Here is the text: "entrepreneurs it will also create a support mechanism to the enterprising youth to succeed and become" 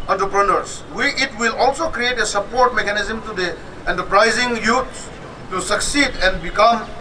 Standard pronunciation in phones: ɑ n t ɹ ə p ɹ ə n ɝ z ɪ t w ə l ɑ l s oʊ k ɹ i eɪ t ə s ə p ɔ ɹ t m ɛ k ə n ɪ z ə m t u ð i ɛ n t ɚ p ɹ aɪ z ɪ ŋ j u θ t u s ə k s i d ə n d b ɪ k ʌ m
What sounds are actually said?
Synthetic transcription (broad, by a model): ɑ n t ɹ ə p ɹ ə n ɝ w ɪ t w ə l ɑ l s oʊ k ɹ i eɪ t ə s ə p ɔ ɹ t m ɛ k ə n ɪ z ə m t u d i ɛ n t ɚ p ɹ aɪ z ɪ ŋ j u s t u s ə k s i d ə n d b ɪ k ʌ m